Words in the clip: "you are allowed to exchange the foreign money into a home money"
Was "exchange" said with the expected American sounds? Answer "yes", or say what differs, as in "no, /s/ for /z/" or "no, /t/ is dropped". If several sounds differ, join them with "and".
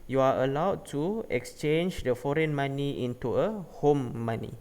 yes